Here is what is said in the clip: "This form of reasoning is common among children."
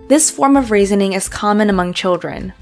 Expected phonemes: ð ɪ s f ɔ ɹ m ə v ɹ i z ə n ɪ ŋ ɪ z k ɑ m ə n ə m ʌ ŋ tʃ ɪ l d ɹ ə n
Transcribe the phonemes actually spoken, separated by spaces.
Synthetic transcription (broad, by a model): ð ɪ s f ɔ ɹ m ə v ɹ i z ə n ɪ ŋ ɪ z k ɑ m ə n ə m ʌ ŋ tʃ ɪ l d ɹ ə n